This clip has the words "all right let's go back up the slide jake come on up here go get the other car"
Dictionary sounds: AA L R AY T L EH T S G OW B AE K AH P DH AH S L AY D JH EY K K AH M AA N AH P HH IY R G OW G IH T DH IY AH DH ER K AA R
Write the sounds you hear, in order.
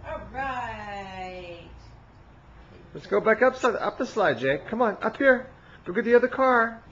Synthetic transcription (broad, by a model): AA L R AY T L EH T S G OW B AE K AH P DH AH S L AY D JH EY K K AH M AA N AH P HH IY R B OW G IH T DH IY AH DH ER K AA R